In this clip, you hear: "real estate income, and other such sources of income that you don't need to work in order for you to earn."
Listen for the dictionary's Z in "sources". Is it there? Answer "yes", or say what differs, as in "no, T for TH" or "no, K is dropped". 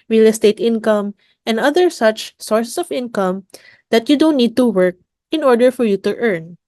no, S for Z